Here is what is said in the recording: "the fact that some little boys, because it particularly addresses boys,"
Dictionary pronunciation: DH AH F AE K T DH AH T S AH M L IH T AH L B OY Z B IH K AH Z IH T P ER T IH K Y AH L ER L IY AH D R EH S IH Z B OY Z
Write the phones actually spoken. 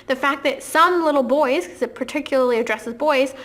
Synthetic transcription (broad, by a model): DH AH F AE K DH AH T S AH M L IH T L B OY Z K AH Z IH T P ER T IH K Y L ER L IY AH D R EH S IH Z B OY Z